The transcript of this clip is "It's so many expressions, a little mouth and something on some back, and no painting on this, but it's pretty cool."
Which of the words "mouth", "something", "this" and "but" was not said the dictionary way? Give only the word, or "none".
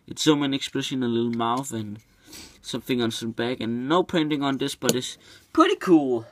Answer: none